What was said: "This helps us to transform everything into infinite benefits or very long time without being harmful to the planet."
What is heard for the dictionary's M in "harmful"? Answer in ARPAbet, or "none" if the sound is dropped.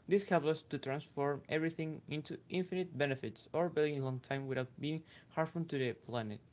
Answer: none